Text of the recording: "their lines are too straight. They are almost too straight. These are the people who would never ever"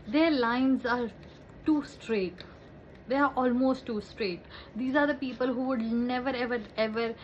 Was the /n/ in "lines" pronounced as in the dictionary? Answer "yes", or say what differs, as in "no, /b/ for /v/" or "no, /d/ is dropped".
yes